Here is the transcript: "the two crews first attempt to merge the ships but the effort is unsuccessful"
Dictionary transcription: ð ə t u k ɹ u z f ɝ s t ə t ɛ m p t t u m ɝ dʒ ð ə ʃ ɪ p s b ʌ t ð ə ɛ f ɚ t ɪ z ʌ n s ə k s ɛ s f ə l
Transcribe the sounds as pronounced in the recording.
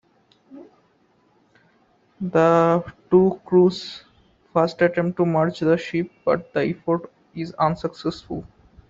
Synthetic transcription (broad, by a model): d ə t u k ɹ u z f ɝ s t ə t ɛ m p t t u m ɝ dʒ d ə ʃ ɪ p b ʌ t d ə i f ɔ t ɪ z ʌ n s ə k s ɛ s f ə l